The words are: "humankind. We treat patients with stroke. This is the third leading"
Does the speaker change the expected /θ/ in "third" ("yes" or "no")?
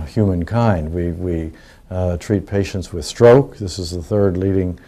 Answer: no